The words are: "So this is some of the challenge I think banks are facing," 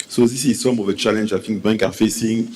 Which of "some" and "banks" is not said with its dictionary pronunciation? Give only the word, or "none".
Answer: banks